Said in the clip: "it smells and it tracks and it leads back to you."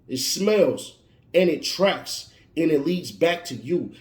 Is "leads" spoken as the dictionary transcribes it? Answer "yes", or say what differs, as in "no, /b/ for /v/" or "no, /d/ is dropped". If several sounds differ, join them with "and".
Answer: yes